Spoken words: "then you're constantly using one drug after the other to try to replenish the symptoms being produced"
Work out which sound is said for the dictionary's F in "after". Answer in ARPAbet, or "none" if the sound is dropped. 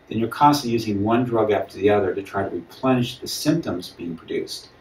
P